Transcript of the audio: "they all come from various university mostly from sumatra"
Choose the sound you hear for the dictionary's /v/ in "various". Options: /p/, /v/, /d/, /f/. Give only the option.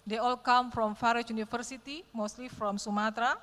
/f/